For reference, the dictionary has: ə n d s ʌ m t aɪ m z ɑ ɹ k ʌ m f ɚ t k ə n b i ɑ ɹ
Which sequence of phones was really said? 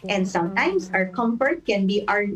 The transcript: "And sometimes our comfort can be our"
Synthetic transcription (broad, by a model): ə n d s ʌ m t aɪ m s ɑ ɹ k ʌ m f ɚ t k ə n b i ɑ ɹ